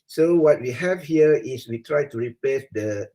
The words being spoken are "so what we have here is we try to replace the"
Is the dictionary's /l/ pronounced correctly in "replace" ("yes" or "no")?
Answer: no